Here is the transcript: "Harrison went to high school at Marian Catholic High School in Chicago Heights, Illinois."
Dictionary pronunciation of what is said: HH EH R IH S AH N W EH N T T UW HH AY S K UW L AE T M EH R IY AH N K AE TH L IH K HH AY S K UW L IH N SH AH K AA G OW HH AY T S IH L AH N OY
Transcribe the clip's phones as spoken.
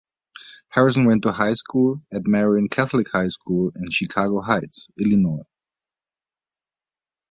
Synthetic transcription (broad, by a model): HH EH R IH S AH N W EH N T T UW HH AY S K UW L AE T M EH R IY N K AE TH L IH K HH AY S K UW L IH N SH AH K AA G OW HH AY T S IH L AH N OY